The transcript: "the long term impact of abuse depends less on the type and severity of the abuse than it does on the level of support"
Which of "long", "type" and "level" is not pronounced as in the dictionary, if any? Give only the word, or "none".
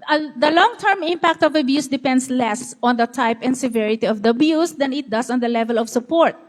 none